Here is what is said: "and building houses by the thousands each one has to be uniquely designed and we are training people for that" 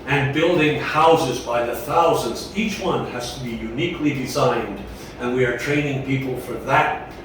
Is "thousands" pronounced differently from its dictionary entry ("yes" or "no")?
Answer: no